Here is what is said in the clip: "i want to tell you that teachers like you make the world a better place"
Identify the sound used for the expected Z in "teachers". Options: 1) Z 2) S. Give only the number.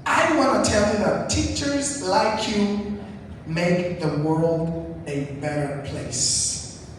1